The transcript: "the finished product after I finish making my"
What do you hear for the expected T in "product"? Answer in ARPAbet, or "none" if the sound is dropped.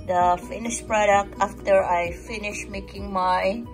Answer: T